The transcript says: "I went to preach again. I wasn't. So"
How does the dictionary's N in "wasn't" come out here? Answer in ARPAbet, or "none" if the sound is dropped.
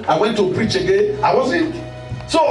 none